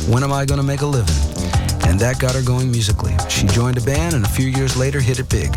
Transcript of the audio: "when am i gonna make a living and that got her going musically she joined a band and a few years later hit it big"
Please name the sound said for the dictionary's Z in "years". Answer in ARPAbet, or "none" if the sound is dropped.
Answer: Z